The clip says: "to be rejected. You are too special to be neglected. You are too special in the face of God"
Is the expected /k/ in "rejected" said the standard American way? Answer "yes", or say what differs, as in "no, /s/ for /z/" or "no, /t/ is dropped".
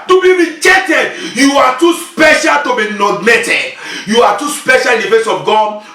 no, /k/ is dropped